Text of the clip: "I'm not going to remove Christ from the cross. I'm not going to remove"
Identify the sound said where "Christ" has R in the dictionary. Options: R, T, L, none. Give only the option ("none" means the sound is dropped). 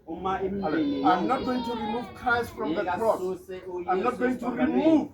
none